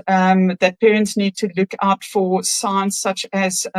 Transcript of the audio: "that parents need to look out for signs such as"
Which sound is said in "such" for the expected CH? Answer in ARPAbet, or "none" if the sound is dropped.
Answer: CH